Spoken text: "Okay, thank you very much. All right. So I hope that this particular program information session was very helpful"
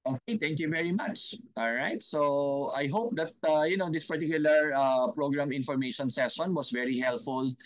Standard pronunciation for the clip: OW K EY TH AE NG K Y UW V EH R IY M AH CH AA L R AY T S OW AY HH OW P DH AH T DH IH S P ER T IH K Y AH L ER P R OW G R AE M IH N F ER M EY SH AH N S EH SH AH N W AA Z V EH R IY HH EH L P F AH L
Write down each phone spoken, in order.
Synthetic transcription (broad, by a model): OW K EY T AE NG K Y UW V EH R IY M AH CH AA L R AY T S OW AY HH OW P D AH T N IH S P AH T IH K Y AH L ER P R OW G R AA M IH N F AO M EY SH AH N S EH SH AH N W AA S V EH R IY HH EH L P F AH L